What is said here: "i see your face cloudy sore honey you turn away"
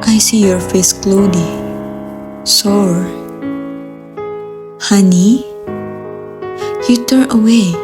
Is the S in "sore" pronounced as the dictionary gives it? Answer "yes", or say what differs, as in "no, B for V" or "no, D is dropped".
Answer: yes